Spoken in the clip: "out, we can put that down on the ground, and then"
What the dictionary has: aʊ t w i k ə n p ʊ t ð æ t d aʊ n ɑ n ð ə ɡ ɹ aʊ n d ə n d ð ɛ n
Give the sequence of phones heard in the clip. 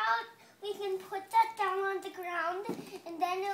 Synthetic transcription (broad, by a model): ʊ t w i k ə n p ʊ t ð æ t d aʊ n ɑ n ð ə ɡ ɹ aʊ n d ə n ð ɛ n